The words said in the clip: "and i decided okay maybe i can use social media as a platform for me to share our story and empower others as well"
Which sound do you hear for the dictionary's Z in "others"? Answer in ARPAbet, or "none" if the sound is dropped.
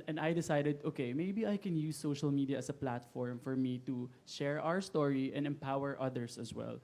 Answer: S